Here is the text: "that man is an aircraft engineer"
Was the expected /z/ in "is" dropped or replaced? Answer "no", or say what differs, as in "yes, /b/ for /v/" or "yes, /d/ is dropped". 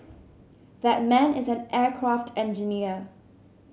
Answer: no